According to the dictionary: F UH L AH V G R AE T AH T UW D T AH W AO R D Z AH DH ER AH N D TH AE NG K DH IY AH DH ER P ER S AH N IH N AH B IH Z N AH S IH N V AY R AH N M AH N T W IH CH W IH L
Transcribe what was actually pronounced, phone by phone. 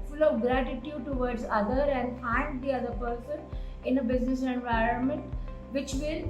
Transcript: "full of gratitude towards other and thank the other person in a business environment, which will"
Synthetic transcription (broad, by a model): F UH L AH V G R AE T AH T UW D T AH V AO R D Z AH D ER AH N D F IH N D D IY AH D ER P ER S AH N IH N AH B IH Z N AH S IH N V AY R AH N M AH N T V IH CH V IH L